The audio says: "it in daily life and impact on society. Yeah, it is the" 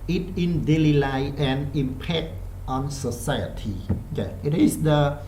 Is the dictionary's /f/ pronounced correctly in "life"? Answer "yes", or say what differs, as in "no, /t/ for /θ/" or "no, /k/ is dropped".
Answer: no, /f/ is dropped